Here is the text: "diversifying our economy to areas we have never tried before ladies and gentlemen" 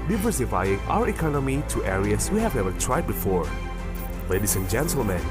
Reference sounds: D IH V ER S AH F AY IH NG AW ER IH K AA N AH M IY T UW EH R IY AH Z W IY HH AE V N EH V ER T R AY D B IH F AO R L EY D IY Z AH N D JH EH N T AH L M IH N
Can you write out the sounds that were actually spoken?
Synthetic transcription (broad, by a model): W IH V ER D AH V AY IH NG AW ER IH K AA N AH M IY T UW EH R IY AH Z W IY HH AE V N EH V ER T R AY D B IH F AO R L EY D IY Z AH N JH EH N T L M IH N